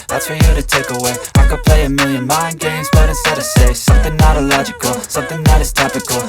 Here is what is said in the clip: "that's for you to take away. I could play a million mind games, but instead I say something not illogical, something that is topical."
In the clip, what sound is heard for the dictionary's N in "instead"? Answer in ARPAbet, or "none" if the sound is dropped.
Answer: none